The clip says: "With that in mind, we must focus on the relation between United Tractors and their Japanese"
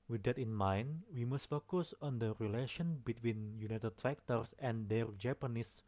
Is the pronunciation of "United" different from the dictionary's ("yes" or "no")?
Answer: no